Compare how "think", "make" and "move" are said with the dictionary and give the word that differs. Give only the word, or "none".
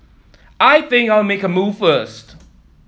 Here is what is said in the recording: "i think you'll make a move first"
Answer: none